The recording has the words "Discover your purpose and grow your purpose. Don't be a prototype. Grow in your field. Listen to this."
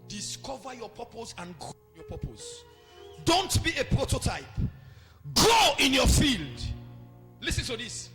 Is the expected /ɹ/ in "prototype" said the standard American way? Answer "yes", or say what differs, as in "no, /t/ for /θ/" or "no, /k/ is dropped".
yes